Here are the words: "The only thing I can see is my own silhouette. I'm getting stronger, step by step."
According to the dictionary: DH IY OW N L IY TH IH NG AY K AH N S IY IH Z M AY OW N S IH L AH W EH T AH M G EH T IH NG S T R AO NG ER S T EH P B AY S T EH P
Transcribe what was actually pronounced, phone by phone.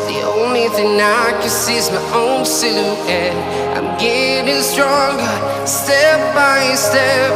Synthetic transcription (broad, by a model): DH IY OW N L IY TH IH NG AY K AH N S IY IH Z M AY OW N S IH AH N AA AH M G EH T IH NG S T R AO NG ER S T EH P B AY S T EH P